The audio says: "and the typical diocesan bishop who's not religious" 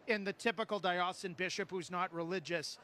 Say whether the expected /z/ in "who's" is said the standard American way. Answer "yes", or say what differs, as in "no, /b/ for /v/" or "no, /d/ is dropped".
yes